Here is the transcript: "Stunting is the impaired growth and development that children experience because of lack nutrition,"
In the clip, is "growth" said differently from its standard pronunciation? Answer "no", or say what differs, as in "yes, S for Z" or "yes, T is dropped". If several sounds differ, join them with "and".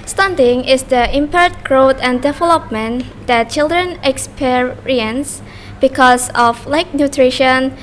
yes, T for TH